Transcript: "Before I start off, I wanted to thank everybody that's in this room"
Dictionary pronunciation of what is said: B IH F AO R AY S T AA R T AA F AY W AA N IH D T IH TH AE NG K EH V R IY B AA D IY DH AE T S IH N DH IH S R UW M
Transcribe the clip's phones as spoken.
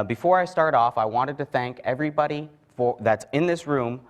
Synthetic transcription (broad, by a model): B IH F AO R AY S T AA R T AA F AY W AA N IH D T IH TH AE NG K EH V R IY B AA D IY DH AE T S IH N DH IH S R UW M